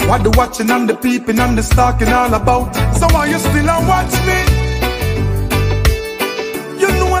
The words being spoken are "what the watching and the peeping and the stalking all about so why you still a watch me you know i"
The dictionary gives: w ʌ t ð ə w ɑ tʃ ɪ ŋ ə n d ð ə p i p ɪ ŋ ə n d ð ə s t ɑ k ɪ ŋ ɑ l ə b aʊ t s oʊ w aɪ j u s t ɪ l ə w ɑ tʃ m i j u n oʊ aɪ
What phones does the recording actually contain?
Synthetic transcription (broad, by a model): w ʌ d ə w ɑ tʃ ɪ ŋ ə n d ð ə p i p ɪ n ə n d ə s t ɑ k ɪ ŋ ɑ l ə b aʊ t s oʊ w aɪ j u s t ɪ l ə w ɑ tʃ m i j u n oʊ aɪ